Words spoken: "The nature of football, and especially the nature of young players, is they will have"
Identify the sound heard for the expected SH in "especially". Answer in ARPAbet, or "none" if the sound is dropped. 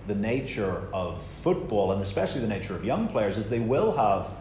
SH